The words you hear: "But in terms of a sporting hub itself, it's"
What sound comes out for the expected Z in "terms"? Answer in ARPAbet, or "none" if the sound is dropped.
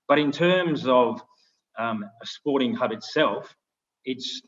Z